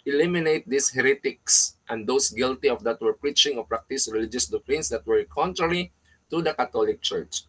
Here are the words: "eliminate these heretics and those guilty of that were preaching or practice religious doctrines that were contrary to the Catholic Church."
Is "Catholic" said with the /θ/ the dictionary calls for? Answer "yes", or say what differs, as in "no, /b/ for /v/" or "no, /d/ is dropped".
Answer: no, /t/ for /θ/